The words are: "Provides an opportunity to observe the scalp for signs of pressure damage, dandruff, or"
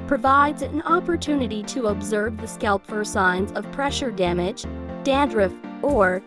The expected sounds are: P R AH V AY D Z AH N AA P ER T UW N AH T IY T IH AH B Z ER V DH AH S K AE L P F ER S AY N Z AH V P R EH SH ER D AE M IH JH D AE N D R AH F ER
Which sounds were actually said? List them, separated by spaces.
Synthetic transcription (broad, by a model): P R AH V AY D Z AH N AA P ER T UW N AH T IY T IH AH B Z ER V DH AH S K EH L P F ER S AY N Z AH V P R EH SH ER D AE M IH JH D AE N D R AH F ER